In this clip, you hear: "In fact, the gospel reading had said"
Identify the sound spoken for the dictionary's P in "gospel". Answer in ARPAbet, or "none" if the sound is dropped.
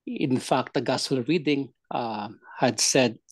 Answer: none